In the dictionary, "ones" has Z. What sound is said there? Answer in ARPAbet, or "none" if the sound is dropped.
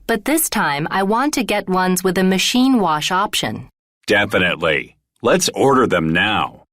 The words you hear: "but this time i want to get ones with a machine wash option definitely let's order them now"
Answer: Z